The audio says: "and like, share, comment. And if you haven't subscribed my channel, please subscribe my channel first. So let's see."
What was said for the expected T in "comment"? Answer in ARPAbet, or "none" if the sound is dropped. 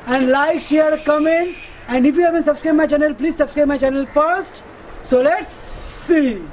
none